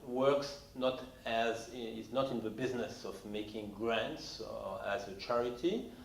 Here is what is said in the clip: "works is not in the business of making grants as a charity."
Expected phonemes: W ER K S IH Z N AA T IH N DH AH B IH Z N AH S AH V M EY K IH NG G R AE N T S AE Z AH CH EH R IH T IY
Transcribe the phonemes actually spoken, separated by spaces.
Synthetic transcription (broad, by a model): W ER K S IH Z N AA T IH N DH AH B IH Z N AH S AH V M EY K IH NG G R AE N T S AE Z AH CH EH R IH T IY